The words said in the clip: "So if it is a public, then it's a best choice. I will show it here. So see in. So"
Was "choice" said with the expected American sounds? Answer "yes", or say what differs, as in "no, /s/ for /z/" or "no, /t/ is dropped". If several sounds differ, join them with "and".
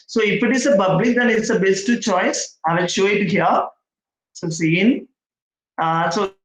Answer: yes